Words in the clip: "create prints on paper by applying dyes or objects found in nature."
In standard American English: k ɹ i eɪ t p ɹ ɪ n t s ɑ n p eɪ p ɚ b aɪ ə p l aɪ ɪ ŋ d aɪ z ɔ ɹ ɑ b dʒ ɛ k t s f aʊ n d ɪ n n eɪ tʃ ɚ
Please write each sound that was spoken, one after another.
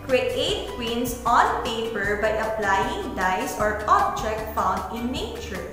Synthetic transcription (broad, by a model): k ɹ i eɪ t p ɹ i n s ɑ n p eɪ p ɚ b aɪ ə p l aɪ ɪ ŋ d aɪ s ɔ ɹ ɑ b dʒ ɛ k t f aʊ n d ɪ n n eɪ tʃ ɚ